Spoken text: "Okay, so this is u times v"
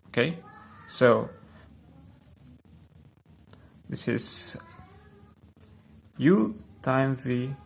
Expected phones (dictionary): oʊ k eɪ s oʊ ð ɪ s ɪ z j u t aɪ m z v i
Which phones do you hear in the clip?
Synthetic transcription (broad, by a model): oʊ k eɪ s oʊ ð ɪ s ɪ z j u t aɪ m v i